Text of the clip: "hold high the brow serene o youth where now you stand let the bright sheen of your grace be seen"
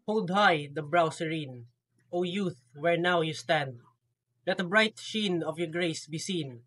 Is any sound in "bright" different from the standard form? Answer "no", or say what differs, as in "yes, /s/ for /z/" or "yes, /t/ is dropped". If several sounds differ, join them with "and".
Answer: no